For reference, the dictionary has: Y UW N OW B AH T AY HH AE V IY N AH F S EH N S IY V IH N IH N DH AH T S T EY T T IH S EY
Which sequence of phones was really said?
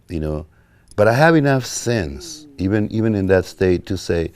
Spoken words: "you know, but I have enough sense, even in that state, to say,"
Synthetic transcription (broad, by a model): Y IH N OW B AH T AY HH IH V IY N AH F S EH N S IY V IH N IH N DH AH T S T EY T T IH S EY